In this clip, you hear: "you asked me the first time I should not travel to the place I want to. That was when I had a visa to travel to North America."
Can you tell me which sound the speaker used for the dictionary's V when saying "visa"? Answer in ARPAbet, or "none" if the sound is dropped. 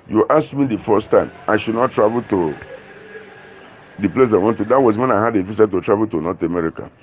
F